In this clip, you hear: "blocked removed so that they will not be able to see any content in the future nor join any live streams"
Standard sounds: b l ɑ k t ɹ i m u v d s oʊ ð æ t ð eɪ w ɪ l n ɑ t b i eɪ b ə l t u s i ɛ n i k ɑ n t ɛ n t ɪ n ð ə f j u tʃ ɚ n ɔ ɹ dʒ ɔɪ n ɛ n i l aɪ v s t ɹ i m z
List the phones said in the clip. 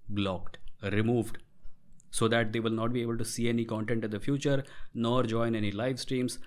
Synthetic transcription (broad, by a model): b l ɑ k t ɹ i m u v d s oʊ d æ t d eɪ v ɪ l n ɑ t b i eɪ b ə l t u s i ɛ n i k ɑ n t ɛ n t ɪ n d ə f j u tʃ ɚ n ɔ ɹ dʒ ɔɪ n ɛ n i l aɪ v s t ɹ i m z